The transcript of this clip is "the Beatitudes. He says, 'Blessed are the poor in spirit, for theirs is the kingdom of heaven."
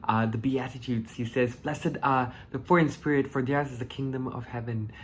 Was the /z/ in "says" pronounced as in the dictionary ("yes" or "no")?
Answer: yes